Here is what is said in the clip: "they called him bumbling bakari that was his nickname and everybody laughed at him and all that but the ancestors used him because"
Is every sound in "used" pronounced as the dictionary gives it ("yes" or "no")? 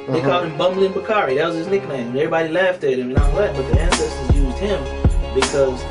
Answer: yes